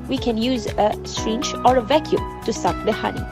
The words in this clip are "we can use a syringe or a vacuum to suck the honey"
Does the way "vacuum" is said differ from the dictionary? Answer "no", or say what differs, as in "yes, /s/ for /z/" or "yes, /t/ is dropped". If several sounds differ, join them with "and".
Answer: no